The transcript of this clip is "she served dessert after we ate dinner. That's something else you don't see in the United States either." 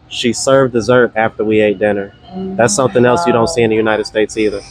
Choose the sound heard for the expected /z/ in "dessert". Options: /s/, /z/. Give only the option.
/z/